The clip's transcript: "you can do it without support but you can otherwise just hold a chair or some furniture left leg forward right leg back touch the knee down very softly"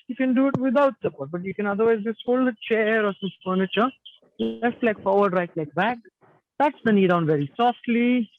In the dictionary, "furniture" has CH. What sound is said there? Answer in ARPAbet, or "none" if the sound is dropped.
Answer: CH